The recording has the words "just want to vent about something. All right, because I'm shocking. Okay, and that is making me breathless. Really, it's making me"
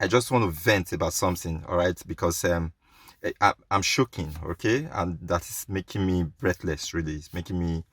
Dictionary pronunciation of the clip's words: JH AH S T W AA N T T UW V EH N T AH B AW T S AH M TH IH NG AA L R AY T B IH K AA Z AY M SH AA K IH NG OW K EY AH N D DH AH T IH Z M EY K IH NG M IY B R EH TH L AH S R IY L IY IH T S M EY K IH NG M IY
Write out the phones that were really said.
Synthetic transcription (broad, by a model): JH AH S T W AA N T T UW V EH N T AH B AW T S AH M TH IH NG AA L R AY T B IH K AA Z AY M SH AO K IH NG OW K EY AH N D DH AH T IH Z M EY K IH NG M IY B R EH TH L AH S R IY L IY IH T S M EY K IH NG M IY